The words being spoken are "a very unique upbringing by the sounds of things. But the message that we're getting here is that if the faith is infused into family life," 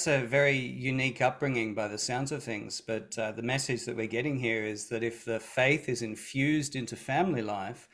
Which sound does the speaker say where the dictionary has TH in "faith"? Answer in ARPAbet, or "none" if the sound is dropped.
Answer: TH